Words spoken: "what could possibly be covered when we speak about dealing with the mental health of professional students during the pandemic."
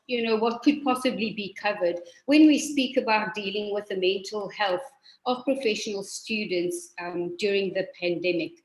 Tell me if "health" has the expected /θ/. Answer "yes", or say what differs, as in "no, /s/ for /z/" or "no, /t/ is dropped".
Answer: yes